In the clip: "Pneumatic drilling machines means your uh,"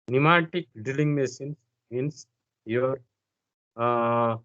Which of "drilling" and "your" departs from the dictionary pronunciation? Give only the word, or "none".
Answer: drilling